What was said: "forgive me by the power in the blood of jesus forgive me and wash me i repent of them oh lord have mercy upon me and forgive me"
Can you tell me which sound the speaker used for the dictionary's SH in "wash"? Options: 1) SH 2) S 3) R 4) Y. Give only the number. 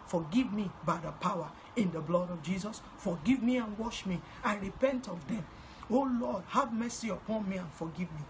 1